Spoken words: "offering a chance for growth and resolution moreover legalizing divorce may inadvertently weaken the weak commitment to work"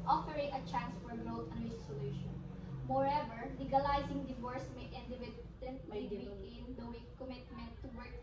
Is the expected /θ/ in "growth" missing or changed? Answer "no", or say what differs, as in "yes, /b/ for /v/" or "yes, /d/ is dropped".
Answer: yes, /t/ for /θ/